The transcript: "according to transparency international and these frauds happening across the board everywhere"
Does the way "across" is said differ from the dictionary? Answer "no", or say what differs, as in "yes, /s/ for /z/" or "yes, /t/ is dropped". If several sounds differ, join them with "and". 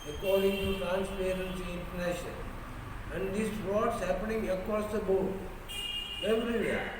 yes, /ɹ/ is dropped